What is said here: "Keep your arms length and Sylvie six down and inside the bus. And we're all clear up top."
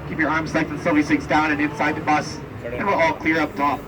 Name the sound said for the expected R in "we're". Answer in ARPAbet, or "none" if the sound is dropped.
L